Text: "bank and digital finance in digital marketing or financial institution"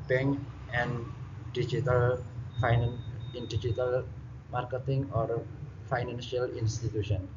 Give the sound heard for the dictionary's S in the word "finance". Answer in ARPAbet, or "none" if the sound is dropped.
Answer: none